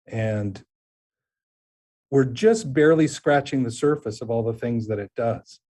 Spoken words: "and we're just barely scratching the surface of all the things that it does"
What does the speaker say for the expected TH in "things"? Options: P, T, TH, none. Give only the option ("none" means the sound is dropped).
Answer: TH